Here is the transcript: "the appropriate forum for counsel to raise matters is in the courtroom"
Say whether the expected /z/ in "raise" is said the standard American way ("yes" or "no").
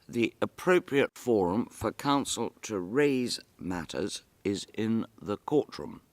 yes